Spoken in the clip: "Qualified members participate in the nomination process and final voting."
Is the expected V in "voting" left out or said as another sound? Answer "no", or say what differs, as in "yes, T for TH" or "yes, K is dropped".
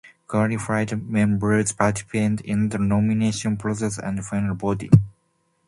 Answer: yes, B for V